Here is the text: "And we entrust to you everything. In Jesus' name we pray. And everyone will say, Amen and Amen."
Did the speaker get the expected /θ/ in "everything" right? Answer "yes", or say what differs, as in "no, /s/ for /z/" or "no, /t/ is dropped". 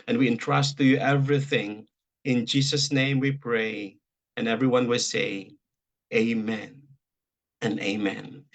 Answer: yes